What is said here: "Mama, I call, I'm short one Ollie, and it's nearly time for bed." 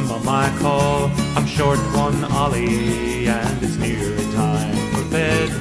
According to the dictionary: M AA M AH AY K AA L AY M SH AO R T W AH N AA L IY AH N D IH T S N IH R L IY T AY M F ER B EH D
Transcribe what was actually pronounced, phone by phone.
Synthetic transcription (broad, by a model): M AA M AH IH K AA L AY M SH AO R T W AH N AA L IY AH N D IH T S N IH R IY T AY M F ER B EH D